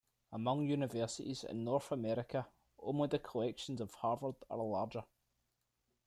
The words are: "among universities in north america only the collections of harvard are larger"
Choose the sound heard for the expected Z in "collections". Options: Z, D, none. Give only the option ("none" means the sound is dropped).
Z